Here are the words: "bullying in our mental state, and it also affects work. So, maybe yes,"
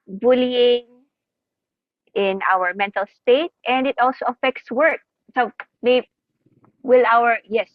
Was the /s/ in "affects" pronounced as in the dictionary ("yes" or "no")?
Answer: yes